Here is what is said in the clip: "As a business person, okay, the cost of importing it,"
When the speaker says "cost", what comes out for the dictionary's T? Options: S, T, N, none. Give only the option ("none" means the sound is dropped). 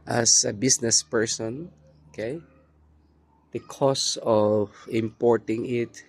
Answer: none